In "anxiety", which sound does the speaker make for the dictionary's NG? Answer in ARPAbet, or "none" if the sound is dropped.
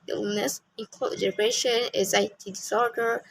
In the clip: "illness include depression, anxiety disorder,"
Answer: none